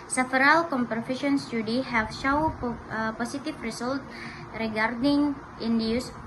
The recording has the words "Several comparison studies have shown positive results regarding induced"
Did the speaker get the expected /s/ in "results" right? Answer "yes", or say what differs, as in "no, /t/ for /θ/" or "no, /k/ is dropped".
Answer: no, /s/ is dropped